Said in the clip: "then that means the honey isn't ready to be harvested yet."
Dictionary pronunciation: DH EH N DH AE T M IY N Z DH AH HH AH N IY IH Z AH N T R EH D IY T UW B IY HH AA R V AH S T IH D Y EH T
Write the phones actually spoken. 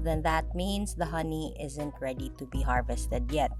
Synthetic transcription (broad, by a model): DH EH N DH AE T M IY N S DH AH HH AH N IY IH Z AH N T R EH D IY T UW B IY HH AA R V AH S T IH D Y EH T